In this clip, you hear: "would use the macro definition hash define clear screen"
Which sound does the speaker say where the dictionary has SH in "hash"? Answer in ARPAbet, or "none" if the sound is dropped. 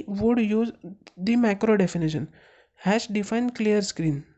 S